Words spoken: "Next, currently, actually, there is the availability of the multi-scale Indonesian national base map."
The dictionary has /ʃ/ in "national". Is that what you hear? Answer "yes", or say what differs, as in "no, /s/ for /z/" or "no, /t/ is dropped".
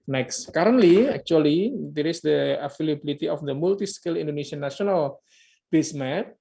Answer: no, /ʃ/ is dropped